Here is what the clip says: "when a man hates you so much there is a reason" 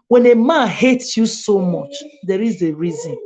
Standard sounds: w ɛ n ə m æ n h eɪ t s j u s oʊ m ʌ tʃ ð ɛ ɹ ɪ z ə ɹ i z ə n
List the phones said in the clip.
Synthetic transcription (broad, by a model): w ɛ n ə m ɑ n h eɪ t s j u s oʊ m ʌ tʃ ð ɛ ɹ ɪ z ə ɹ i z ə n